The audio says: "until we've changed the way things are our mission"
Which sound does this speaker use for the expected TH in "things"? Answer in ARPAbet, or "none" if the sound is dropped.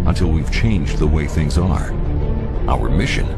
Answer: TH